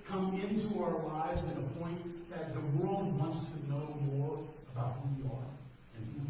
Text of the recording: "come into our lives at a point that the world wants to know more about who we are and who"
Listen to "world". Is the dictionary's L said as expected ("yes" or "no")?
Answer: yes